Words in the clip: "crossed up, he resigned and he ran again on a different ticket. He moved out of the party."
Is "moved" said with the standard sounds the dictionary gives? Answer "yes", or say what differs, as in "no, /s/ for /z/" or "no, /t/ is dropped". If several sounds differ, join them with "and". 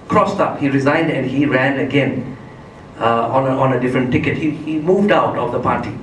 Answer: yes